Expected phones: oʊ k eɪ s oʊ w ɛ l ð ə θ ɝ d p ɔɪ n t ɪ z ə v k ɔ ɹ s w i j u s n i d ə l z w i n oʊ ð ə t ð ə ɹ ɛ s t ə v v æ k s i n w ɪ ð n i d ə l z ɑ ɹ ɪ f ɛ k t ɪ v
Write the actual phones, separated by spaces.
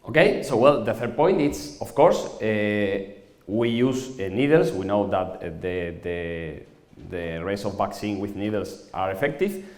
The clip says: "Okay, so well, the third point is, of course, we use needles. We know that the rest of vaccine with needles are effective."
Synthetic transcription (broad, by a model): oʊ k eɪ s oʊ w ɛ l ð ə θ ɝ d p ɔɪ n t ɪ s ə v k ɔ ɹ s w i j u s n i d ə l s w i n oʊ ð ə t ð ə ɹ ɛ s ə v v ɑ k s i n w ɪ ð n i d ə l s ɑ ɹ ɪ f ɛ k t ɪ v